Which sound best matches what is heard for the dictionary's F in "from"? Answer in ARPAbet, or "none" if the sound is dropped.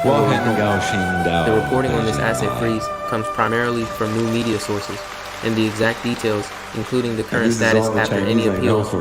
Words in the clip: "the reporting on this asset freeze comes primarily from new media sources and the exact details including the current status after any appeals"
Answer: F